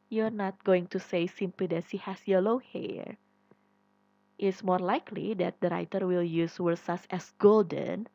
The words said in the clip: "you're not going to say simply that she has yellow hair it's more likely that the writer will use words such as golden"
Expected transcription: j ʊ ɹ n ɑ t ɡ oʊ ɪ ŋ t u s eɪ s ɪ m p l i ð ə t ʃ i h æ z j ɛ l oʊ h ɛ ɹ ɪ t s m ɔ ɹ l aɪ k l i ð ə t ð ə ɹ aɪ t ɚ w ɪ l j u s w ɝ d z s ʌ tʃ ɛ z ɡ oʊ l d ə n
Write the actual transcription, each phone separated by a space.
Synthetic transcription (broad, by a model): j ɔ ɹ n ɑ t ɡ oʊ ɪ ŋ t u s eɪ s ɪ m p l i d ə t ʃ i h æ s j ɛ l oʊ h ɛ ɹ ɪ t s m ɔ ɹ l aɪ k l i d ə t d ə ɹ aɪ t ɚ w ɪ l j u s w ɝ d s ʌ s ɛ s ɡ oʊ l d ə n